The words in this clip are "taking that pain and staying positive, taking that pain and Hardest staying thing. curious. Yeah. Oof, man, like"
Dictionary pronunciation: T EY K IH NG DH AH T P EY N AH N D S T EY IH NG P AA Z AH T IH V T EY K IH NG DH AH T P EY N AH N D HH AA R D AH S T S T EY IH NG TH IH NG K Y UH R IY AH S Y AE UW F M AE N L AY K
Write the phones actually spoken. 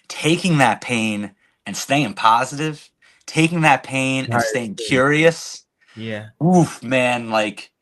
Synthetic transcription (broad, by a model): T EY K IH NG DH AH T P EY N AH N S T EY IH NG P AA Z AH T IH V T EY K IH NG DH AH T P EY AH N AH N S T EY IH IH NG K Y UH R IY AH S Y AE UW F M AE N L AY K